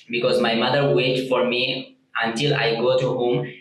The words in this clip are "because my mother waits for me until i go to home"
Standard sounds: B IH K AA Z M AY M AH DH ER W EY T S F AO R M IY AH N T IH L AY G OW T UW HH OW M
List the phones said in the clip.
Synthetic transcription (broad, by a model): B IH K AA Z M AY M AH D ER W EY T F AO R M IY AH N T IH L AY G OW T UW HH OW M